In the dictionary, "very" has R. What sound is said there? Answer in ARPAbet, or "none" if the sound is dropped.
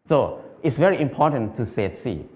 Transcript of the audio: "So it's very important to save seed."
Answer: R